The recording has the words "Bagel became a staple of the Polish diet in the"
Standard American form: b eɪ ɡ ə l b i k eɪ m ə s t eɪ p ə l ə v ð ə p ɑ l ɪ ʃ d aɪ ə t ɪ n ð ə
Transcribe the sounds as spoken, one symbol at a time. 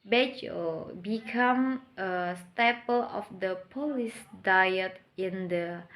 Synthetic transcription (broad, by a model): b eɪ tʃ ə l b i k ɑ m ə s t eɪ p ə l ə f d ə p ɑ l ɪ s d aɪ ə t ɪ n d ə